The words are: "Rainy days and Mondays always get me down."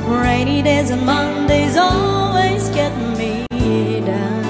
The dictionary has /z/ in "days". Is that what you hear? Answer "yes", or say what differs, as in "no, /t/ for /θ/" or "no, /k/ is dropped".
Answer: yes